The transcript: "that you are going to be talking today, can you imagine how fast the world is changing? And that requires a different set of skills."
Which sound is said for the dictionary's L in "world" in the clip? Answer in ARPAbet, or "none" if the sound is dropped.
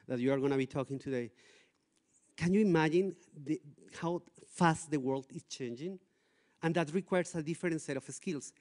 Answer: L